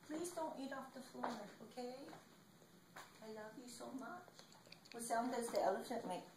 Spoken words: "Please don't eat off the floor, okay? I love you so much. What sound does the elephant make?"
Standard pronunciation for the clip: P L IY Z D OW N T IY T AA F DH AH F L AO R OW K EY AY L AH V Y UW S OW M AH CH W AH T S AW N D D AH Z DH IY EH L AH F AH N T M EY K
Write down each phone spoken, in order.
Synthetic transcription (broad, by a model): P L IY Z D OW N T IY T AA F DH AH F AO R OW K EY AY L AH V Y UW S OW M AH CH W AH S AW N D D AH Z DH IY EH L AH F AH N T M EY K